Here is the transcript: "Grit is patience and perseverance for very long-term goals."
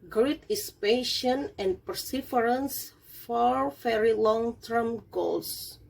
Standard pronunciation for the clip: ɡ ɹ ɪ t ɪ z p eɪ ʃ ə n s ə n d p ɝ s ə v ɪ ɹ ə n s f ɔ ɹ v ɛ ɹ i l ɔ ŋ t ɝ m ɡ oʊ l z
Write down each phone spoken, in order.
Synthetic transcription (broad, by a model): ɡ ɹ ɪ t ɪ s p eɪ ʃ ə n ə n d p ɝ s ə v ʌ ɹ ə n s f ɔ ɹ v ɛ ɹ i l ɔ ŋ t ɝ m ɡ oʊ l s